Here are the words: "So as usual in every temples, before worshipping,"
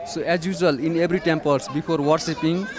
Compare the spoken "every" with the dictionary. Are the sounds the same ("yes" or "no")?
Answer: no